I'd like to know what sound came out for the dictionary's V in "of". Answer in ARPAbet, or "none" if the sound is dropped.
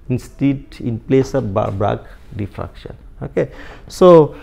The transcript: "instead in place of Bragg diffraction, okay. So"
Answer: B